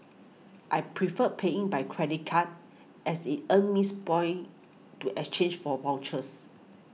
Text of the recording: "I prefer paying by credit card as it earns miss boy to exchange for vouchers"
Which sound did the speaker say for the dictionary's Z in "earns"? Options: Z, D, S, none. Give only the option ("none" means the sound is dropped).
none